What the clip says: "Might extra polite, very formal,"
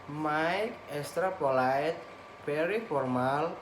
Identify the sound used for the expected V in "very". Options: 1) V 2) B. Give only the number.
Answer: 2